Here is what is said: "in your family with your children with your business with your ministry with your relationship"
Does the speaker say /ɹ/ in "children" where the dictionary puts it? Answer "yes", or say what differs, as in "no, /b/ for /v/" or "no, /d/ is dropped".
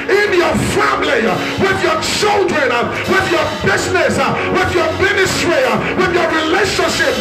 yes